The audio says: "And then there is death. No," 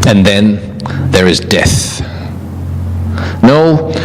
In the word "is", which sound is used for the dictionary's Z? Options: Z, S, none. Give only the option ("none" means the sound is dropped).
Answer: Z